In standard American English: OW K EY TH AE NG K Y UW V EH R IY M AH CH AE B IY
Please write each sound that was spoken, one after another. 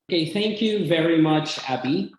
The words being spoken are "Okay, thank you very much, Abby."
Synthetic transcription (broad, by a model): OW K EY TH AE NG K Y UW V EH R IY M AH CH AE B IY